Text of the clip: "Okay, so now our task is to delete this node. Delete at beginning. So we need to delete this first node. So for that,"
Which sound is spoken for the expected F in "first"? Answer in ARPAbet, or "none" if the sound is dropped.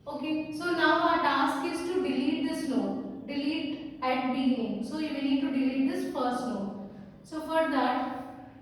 P